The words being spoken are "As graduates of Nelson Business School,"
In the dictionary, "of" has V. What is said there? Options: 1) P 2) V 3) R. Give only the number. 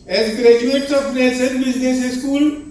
1